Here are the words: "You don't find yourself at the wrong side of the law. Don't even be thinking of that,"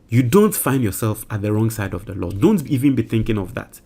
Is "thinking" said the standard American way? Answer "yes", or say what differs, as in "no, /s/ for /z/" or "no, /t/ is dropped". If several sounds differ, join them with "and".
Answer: yes